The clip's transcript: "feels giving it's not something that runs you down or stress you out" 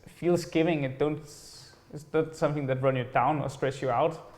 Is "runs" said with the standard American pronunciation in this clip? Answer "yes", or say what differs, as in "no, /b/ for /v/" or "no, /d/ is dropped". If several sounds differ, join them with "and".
no, /z/ is dropped